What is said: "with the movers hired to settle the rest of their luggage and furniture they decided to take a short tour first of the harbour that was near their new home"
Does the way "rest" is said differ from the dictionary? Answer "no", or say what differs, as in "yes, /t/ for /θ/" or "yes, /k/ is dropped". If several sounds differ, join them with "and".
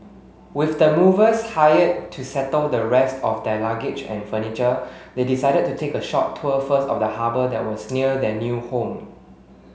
no